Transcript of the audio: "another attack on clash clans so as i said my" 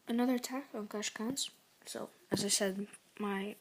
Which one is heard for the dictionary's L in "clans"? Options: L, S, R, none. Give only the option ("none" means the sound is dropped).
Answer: none